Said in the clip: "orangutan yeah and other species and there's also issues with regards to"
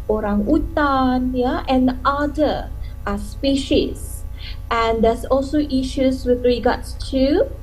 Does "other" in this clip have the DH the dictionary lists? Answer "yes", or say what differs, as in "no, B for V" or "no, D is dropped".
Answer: no, DH is dropped